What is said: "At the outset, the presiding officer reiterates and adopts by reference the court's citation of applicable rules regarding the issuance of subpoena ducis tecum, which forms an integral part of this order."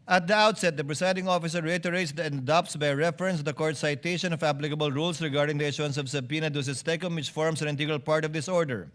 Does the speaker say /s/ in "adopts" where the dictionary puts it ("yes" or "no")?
yes